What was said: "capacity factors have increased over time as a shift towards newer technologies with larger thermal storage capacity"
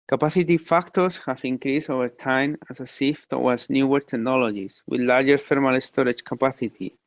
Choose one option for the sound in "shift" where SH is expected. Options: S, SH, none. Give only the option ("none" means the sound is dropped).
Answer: S